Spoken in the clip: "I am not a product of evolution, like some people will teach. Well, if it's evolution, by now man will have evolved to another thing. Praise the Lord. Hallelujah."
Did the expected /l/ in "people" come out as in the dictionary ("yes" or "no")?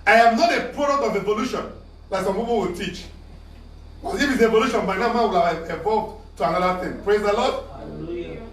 no